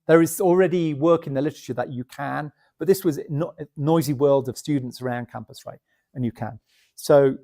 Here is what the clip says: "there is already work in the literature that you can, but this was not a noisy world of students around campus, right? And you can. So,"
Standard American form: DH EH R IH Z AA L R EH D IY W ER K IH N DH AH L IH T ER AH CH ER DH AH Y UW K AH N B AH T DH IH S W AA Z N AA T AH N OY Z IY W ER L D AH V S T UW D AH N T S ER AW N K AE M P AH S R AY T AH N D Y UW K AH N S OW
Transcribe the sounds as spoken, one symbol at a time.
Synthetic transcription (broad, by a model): DH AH R IH Z L R EH D IY W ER K IH N DH AH L IH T ER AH CH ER DH AH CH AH K AH N B AH T DH IH S W AA Z N AA AH Z IY W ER L D AH V S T UW D N T S ER AW N K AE M P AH S R AY T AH N Y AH K AH N S OW